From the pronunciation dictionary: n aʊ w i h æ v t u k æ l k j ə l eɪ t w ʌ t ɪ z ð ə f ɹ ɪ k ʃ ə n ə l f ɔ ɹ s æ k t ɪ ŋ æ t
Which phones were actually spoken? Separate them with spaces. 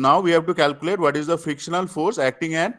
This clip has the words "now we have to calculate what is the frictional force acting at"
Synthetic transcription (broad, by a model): n aʊ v i h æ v t u k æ l k j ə l eɪ t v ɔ t ɪ z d ə f ɪ k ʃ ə n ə l f ɔ ɹ s æ k t ɪ ŋ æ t